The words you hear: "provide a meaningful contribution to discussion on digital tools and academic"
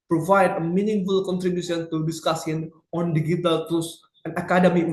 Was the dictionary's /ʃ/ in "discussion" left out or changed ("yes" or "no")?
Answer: yes